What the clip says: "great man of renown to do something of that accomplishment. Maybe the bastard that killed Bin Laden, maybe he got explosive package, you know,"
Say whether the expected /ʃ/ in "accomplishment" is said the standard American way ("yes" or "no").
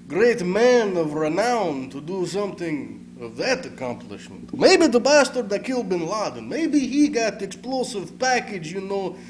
yes